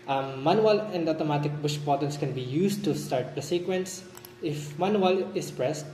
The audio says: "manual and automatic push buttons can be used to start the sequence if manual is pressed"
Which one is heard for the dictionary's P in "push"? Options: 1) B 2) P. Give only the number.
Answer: 1